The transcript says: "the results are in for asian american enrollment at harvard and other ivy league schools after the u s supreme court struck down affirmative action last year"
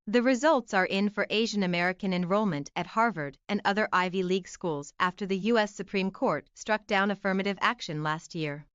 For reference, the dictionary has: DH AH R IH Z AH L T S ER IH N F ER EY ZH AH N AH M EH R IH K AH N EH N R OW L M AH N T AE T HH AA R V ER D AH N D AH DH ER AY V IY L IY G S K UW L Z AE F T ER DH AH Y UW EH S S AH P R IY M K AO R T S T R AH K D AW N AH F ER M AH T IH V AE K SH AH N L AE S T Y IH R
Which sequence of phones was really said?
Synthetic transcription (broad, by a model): DH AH R IH Z AH L T S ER IH N F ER EY ZH AH N AH M EH R IH K AH N EH N R OW L M AH N T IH T HH AA R V ER D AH N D AH DH ER AY V IY L IY G S K UW L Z AE F T ER DH AH Y UW EH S S AH P R IY M K AO R T S T R AH K D AW N AH F ER M AH T IH V AE K SH AH N L AE S T Y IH R